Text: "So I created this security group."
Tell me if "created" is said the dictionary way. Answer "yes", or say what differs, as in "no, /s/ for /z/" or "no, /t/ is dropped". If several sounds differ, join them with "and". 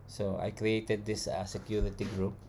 yes